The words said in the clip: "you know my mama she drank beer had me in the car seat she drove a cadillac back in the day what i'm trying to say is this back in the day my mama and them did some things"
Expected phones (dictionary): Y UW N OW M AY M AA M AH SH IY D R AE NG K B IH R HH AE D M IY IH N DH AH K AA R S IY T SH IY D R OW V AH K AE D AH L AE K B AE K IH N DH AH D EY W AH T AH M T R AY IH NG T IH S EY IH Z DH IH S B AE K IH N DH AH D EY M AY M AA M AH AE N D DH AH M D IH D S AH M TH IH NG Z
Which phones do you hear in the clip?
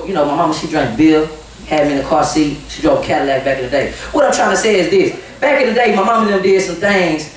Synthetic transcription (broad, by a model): Y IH N OW M AY M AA M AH SH IY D R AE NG B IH L HH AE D M IY IH N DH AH K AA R S IY T SH IY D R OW AH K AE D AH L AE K B AE K IH N DH AH D EY W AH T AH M T R AY IH NG T IH S EY IH Z DH IH S B AE K IH N DH AH D EY M AY M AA M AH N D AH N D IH S AH M TH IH NG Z